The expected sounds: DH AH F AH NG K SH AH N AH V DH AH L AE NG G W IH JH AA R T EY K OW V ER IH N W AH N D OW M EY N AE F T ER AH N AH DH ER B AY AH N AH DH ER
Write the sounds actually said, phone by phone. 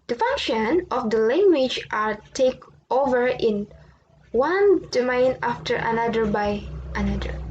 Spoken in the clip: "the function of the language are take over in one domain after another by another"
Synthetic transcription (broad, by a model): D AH F AH NG K SH AH N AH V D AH L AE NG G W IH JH AA R T EY K OW V ER IH N W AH N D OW M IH N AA F T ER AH N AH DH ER B AY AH N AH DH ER